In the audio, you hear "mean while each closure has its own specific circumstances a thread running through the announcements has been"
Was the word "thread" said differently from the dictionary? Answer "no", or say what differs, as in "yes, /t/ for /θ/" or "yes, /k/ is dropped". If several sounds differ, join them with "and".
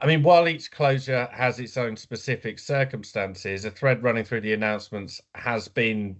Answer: no